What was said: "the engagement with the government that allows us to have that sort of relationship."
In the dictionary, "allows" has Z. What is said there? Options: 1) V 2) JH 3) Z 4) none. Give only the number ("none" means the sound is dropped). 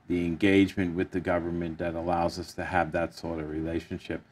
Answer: 3